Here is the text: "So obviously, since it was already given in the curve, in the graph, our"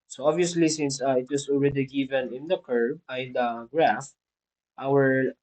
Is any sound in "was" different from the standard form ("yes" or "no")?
yes